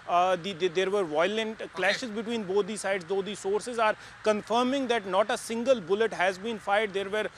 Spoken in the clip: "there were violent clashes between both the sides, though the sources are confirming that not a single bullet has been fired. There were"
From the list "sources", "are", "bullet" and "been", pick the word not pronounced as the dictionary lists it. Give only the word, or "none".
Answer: none